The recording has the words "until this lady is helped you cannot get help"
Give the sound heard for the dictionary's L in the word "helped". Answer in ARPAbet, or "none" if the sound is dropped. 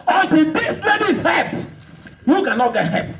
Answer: none